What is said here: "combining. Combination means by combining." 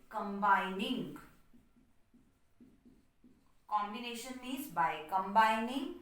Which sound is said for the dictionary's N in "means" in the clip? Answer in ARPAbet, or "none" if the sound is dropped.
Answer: none